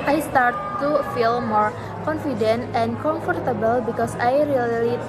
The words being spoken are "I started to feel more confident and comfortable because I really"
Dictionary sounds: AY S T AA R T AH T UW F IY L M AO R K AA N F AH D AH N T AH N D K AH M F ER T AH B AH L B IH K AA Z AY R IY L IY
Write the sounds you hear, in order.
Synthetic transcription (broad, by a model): AY S T AA R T T UW F IY L M AO R K AA N F AH D AH N T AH N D K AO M F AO T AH B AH L B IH K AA S AY R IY L IY